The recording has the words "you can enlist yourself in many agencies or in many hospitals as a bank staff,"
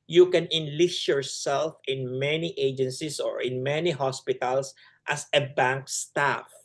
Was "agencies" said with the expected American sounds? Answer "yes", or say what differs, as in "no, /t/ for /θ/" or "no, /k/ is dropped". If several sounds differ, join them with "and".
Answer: no, /s/ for /z/